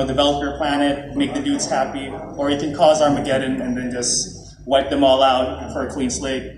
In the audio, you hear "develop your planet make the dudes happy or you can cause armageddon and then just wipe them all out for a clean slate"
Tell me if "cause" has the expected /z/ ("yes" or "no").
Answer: yes